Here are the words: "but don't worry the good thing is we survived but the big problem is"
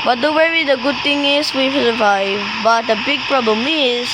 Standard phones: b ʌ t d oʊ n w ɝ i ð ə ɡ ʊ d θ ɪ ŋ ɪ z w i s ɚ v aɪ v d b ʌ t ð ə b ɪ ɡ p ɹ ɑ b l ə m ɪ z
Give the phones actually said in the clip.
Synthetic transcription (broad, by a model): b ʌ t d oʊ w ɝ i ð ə ɡ ʊ d t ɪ ŋ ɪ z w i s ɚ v aɪ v b ʌ t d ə b ɪ ɡ p ɹ ɑ b l ə m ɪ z